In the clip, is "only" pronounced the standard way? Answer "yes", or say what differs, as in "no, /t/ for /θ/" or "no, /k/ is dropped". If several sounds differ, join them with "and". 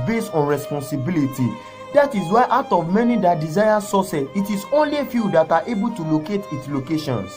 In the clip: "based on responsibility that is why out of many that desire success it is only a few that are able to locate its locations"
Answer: yes